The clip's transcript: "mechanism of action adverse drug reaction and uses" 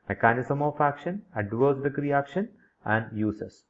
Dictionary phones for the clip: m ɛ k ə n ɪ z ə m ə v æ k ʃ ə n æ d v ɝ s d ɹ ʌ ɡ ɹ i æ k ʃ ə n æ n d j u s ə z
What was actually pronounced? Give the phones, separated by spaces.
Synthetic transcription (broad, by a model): m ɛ k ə n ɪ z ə m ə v æ k ʃ ə n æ d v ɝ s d ʌ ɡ ɹ i æ k ʃ ə n æ n d j u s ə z